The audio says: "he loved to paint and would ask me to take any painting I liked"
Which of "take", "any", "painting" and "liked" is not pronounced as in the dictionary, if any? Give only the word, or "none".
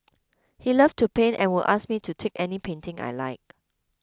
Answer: liked